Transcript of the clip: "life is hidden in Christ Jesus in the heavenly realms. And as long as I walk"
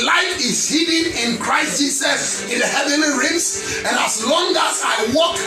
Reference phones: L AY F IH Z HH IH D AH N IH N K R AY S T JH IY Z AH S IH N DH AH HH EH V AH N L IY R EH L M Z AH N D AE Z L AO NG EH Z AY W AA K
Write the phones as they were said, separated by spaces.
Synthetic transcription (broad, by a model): L AY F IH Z HH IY D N IH N K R AY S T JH IY S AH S IH N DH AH HH EH V AH N L IY R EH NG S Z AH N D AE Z L AO NG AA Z AY W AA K